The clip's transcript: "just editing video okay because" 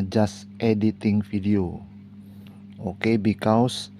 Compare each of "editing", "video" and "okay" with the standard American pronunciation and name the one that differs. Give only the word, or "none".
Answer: video